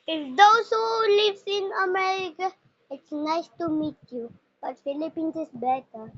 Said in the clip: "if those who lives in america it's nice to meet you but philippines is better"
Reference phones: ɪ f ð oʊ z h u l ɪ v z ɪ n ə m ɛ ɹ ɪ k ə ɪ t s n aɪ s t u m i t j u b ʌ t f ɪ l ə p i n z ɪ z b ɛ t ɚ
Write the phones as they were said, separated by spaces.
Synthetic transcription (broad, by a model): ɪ f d oʊ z h u l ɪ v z ɪ n ə m ɛ ɹ ɪ k ə ɪ t s n aɪ s t u m i t j u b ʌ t f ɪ l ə p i n s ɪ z b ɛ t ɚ